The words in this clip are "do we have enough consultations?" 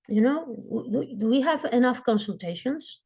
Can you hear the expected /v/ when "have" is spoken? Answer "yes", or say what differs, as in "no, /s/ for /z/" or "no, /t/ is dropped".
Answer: yes